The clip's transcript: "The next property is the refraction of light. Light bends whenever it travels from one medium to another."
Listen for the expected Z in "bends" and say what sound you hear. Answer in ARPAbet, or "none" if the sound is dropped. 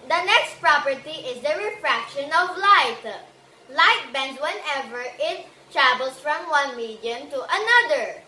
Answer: none